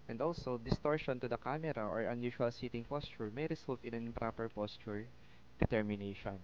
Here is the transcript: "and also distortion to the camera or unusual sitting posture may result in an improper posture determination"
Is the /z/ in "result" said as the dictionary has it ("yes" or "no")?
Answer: no